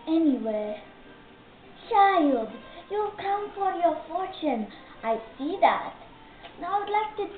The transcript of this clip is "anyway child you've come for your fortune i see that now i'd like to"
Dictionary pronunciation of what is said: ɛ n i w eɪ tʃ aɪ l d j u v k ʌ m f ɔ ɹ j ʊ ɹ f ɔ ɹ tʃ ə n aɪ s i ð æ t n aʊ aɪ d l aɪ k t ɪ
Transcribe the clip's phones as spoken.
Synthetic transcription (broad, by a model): ɛ n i w eɪ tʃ aɪ l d j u k ʌ m f ɔ ɹ j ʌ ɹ f ɔ ɹ tʃ ə n aɪ s i ð æ t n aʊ aɪ d l aɪ k t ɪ